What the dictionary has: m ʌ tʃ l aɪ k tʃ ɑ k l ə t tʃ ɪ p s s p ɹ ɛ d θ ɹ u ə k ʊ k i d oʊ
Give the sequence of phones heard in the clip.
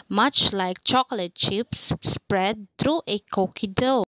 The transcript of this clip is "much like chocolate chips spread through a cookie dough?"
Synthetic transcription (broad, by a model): m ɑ tʃ l aɪ k tʃ ɑ k l ə t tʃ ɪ p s s p ɹ ɛ d t ɹ u ə k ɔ k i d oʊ